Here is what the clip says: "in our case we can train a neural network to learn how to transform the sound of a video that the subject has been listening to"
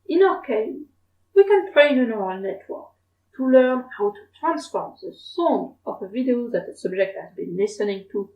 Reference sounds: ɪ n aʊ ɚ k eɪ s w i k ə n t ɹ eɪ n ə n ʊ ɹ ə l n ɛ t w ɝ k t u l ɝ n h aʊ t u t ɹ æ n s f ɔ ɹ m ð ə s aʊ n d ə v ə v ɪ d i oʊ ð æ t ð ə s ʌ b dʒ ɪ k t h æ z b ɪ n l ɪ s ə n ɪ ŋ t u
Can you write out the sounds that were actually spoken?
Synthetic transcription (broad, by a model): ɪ n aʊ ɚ k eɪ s w i k ə n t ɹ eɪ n ə n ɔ ɹ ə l n ɛ t w ɝ k t u l ɝ n h aʊ t u t ɹ æ n s f ɔ ɹ m ð ə s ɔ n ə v ə v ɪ d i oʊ ð æ t ð ə s ʌ b dʒ ɪ k t h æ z b ɪ n l ɪ s ə n ɪ ŋ t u